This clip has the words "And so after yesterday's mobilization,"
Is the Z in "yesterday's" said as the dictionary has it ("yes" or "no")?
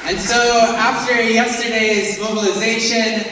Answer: yes